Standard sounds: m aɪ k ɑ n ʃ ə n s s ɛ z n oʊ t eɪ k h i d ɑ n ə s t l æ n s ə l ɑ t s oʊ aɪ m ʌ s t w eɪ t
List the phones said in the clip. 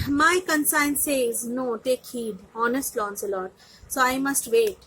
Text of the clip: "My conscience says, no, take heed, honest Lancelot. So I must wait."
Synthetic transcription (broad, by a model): m aɪ k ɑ n s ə n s s ɛ z n oʊ t eɪ k h i d ɑ n ə s t l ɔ n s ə l ɑ t s oʊ aɪ m ʌ s t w eɪ t